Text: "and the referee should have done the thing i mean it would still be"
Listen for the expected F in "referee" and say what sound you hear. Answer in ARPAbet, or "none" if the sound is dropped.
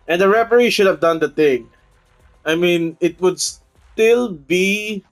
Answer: P